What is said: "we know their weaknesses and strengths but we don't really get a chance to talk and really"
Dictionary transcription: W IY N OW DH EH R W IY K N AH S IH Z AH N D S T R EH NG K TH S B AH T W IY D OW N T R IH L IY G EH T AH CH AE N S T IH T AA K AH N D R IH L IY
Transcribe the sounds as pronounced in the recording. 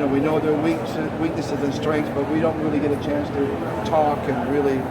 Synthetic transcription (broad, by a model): W IY N OW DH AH R W IY K N AH S IH Z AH N S T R EH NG K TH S B AH T W IY D OW N T R IH L IY G EH T AH CH AE N S T IH T AA K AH N R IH L IY